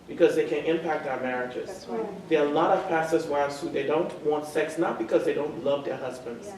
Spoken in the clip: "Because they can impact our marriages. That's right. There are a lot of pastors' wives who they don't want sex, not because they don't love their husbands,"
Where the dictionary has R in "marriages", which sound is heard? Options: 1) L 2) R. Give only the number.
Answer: 2